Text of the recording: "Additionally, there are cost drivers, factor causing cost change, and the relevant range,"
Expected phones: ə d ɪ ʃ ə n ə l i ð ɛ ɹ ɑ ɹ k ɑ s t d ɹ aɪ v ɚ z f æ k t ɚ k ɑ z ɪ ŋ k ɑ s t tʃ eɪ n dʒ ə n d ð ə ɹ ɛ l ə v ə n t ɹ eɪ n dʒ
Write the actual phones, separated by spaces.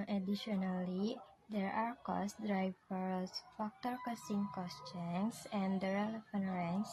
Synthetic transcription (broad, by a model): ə d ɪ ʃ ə n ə l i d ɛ ɹ ɑ ɹ k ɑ s d ɹ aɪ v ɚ s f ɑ k t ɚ k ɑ s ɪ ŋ k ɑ s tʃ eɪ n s ə n d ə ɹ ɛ l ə f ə n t ɹ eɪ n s